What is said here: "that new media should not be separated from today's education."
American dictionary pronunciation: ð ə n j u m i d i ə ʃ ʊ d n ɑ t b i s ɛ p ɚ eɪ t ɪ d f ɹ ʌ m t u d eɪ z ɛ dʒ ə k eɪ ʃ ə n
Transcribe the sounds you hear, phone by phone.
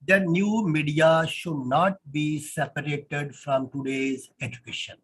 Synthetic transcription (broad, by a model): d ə n j u m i d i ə ʃ ʊ d n ɑ t b i s ɛ p ɚ eɪ t ɪ d f ɹ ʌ m t u d eɪ z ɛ dʒ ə k eɪ ʃ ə n